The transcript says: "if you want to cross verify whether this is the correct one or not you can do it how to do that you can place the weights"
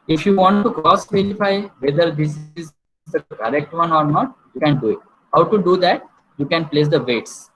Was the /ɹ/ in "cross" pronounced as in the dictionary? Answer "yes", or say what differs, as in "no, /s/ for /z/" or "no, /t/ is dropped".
no, /ɹ/ is dropped